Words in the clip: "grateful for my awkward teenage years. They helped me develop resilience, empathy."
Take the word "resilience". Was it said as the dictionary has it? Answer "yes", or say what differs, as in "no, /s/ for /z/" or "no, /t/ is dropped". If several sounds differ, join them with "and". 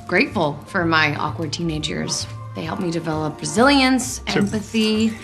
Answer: yes